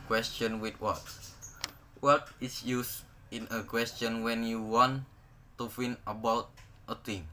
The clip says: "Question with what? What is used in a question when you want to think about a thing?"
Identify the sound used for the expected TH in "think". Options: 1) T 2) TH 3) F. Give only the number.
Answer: 3